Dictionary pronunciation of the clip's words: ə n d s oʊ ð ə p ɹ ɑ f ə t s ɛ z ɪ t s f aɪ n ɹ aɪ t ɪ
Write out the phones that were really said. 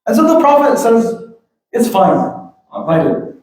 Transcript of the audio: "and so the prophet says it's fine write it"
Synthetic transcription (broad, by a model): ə n s oʊ ð ə p ɹ ɑ f ə t s ɛ z ɪ t s f aɪ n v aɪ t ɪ